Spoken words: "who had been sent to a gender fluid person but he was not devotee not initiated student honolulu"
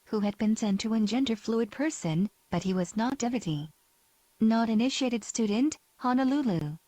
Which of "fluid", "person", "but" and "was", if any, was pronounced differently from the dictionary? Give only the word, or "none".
none